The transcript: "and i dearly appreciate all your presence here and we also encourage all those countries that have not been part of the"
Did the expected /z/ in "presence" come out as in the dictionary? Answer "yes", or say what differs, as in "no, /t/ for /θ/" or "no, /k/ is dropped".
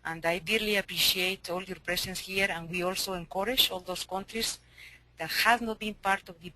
no, /s/ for /z/